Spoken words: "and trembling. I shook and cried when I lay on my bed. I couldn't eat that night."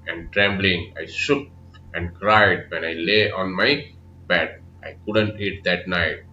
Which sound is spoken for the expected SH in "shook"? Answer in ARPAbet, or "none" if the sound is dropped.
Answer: S